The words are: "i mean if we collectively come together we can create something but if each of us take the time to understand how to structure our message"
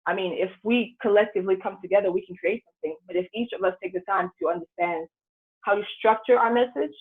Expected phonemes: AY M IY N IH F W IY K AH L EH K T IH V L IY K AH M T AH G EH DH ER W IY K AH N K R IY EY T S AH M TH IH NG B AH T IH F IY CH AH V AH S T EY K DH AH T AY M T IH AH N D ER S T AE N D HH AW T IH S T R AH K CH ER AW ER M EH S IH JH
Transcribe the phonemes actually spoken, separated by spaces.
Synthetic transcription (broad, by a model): AY M IY N IH F W IY K AH L EH K T IH V L IY K AH M T AH G EH DH ER W IY K N K R IY EY T S AH M TH IH NG B AH T IH F IY CH AH V AH S T EY K DH AH T AY M T IH AH N D ER S T AE N D HH AW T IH S T R AH K CH ER AW ER M EH S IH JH